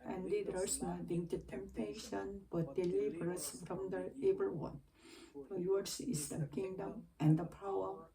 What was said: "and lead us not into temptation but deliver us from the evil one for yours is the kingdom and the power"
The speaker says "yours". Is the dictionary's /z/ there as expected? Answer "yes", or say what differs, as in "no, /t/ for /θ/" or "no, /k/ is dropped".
no, /s/ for /z/